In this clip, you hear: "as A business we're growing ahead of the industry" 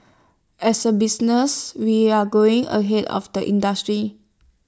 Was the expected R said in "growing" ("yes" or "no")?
no